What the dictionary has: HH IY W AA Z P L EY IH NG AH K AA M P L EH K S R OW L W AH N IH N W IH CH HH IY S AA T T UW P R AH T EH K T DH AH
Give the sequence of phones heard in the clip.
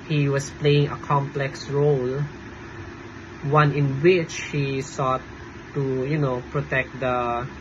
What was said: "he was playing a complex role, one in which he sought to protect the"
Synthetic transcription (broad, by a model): HH IY W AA S P L EY IH NG AH K AA M P L EH K S R OW L W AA N IH N W IH CH HH IY S AA T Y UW P R AH T EH K T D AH